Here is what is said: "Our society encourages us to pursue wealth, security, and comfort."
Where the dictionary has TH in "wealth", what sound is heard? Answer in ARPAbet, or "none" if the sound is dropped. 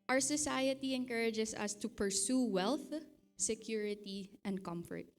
TH